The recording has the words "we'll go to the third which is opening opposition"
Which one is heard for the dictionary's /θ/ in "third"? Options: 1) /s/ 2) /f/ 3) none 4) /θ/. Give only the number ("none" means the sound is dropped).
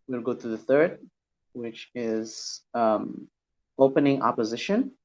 4